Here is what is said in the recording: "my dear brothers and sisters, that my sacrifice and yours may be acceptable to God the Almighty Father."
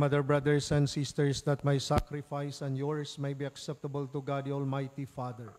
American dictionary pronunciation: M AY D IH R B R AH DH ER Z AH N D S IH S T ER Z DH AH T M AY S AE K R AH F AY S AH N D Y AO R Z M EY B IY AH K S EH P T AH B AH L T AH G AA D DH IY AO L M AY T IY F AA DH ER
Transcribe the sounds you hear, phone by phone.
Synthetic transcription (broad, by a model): M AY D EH R B R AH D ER S AH N D S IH S T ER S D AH T M AY S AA K R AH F AY S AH N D Y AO R S M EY B IY AH K S EH P T AH B AH L T AH G AA D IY AO L M AY T IY F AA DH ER